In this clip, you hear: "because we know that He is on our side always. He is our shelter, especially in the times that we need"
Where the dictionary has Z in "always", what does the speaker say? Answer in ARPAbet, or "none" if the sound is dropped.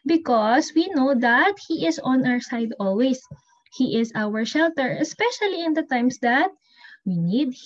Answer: S